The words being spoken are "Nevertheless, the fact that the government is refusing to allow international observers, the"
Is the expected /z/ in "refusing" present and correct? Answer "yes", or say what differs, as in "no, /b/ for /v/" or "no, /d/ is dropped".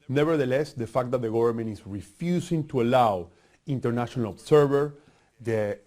no, /s/ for /z/